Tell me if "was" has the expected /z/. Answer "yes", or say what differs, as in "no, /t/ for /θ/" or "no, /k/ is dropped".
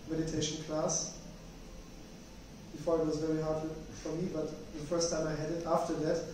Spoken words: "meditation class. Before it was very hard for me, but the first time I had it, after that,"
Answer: yes